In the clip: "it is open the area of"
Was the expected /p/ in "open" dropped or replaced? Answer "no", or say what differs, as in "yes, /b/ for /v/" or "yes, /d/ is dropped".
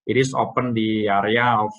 no